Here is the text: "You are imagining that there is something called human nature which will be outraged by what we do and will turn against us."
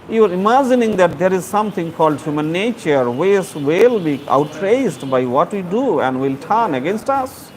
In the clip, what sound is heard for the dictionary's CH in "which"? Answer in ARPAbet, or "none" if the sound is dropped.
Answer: S